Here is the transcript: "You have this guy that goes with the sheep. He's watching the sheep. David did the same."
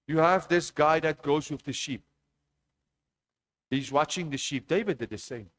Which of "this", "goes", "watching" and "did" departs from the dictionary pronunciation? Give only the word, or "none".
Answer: none